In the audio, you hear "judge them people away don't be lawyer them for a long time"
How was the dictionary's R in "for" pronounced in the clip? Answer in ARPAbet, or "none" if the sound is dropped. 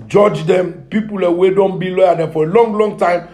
L